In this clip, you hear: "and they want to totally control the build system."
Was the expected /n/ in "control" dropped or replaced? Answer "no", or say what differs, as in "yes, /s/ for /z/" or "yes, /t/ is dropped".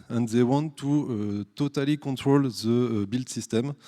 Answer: yes, /n/ is dropped